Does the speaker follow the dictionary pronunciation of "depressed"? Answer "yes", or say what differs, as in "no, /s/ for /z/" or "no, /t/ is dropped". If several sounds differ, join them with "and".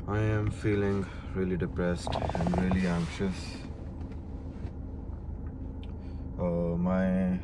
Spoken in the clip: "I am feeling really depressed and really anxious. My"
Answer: yes